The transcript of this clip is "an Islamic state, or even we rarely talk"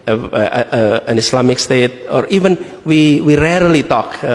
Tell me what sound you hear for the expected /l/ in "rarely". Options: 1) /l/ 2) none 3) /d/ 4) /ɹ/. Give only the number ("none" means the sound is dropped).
1